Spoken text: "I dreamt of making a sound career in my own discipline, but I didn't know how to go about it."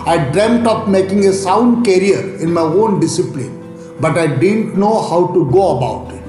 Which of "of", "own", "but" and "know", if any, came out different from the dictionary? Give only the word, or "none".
of